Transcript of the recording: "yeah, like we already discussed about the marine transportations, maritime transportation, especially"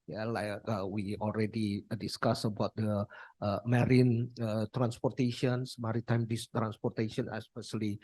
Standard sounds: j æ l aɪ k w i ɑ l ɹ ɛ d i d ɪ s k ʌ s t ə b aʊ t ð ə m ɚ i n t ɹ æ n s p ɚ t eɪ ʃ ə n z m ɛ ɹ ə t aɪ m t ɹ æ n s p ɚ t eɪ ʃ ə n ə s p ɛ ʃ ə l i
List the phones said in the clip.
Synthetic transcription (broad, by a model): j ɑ l aɪ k w i ɑ l ɹ ɛ d i d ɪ s k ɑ s ə b aʊ t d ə m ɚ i n t ɹ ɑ n s p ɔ t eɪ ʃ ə n s m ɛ ɹ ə t aɪ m t ɹ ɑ n s p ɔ t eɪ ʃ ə n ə s p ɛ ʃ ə l i